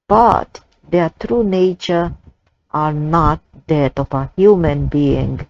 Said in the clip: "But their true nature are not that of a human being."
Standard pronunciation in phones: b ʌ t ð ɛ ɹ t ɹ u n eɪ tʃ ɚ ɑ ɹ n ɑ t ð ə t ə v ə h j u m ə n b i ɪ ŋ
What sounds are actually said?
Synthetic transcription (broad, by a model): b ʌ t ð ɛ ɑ t ɹ u n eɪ tʃ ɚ ɑ ɹ n ɑ t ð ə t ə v ə h j u m ə n b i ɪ ŋ